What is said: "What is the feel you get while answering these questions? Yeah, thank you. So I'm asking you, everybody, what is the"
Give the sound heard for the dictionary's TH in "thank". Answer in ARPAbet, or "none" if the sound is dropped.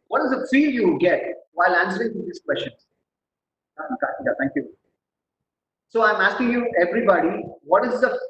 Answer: T